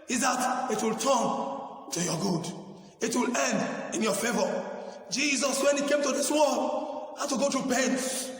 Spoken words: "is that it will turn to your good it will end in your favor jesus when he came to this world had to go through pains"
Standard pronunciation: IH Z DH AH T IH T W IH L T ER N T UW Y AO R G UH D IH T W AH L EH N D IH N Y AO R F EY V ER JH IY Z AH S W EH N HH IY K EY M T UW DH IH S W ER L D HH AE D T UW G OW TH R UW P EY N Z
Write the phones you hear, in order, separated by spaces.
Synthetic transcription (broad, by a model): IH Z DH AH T IH T W IH L T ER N T UW Y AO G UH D IH T W AH L EH N D IH N Y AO F EY V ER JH IY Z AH S W EH N HH IY K EY M T UW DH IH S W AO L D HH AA T UW G OW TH R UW P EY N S